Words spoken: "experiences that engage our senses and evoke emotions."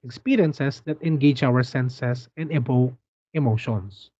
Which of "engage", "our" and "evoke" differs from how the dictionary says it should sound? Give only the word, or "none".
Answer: evoke